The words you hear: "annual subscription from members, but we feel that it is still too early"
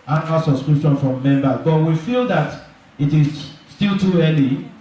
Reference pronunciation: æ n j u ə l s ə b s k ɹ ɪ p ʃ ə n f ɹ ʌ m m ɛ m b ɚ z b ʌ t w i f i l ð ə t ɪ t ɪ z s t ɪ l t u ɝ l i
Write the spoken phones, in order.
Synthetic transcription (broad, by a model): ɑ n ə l s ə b s k ɹ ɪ p ʃ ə n f ɹ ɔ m m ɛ m b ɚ b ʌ t w i f i l ð ə t ɪ t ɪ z s t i l t u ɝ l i